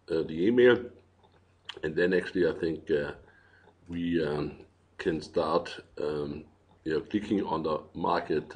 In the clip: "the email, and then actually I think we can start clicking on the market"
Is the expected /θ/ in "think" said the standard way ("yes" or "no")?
yes